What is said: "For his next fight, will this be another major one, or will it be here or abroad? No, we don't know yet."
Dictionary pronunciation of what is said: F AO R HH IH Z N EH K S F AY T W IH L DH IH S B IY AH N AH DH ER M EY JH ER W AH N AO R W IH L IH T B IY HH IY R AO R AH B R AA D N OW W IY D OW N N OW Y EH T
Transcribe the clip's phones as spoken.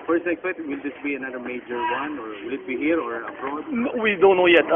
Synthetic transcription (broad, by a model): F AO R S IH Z N EH K S P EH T W IH L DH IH S B IY AH N AH DH ER M EY JH ER W AH N AO R W IH L IH T B IY HH IY R AO R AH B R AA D W IY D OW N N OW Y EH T